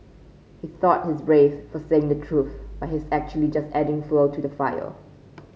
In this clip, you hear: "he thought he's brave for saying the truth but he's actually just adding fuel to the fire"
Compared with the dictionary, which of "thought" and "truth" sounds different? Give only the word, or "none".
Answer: none